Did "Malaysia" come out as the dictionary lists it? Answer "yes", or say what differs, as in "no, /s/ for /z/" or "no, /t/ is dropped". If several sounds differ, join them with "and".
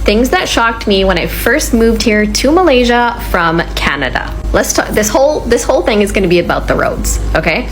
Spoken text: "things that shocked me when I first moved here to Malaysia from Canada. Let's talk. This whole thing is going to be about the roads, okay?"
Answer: yes